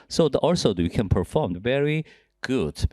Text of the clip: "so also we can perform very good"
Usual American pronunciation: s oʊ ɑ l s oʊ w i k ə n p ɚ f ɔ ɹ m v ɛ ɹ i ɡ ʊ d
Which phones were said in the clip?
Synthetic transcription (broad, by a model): s oʊ ɑ l s oʊ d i k ə n p ɚ f ɔ ɹ m v ɛ ɹ i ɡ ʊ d